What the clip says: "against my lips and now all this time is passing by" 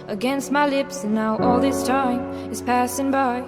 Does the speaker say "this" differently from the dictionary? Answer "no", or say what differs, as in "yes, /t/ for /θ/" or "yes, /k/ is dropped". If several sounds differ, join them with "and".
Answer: no